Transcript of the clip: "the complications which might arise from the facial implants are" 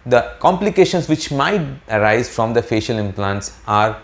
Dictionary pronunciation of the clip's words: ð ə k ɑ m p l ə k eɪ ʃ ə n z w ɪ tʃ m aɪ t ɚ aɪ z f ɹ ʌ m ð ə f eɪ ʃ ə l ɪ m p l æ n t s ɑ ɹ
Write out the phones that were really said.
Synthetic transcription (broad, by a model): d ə k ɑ m p l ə k eɪ ʃ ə n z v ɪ tʃ m aɪ t ɚ aɪ z f ɹ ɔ m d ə f eɪ ʃ ə l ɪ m p l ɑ n t s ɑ ɹ